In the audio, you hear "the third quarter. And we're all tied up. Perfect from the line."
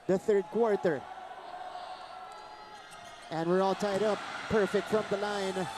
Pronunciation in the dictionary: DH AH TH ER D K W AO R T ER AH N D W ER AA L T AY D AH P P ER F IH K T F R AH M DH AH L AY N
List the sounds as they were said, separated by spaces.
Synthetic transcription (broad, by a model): DH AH TH ER D K W AO R T ER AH N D W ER AA L T AY D AH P P ER F IH K T F R AH M DH AH L AY N